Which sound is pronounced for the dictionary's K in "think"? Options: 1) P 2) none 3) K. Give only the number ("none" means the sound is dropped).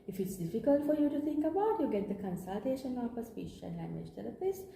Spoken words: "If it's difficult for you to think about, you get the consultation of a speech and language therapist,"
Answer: 3